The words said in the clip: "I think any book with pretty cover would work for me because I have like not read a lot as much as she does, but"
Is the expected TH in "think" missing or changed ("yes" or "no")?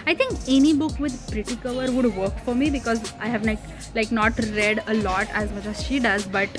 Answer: yes